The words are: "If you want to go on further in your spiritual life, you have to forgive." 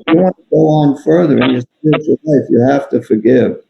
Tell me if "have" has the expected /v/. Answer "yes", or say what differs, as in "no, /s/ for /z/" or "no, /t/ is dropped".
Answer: no, /f/ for /v/